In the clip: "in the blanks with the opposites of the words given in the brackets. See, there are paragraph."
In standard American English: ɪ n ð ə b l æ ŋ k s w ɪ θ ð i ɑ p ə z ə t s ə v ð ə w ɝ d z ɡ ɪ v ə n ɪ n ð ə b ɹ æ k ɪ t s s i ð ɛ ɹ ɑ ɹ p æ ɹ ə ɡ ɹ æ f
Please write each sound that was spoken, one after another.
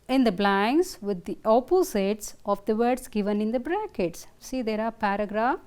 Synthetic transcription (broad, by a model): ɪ n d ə b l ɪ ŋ s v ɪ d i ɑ p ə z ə t s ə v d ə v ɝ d s ɡ ɪ v ə n ɪ n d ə b ɹ æ k ɪ t s s i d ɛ ɹ ɑ ɹ p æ ɹ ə ɡ ɹ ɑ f